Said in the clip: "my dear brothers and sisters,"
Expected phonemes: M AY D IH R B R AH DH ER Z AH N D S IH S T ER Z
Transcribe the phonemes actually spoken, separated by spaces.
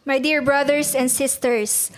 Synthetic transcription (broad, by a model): M AY D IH R B R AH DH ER S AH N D S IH S T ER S